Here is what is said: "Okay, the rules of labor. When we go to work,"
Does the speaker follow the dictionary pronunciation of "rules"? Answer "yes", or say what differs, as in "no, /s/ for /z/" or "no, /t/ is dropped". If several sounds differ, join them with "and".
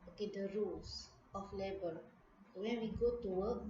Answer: no, /s/ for /z/